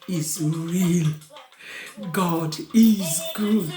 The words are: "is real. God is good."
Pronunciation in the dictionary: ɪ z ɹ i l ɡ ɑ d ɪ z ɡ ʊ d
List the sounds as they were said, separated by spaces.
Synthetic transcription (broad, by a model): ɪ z ɹ i l ɡ ɑ d ɪ z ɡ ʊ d